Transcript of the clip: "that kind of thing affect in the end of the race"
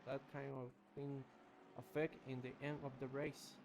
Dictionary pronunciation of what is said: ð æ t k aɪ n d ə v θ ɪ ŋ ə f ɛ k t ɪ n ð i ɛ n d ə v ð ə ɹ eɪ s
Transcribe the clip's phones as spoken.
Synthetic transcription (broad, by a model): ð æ t k aɪ n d ə v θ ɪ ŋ ə f ɛ k t ɪ n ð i ɛ n d ə v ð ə ɹ eɪ s